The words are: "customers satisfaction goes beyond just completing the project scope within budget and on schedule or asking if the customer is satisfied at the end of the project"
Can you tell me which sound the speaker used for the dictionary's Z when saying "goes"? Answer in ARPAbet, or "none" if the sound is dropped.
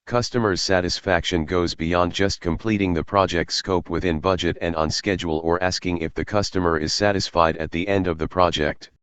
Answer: Z